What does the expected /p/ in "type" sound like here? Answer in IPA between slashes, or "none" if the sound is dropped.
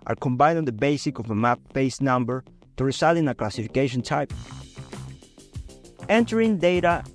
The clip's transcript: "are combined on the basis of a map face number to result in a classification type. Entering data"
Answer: /p/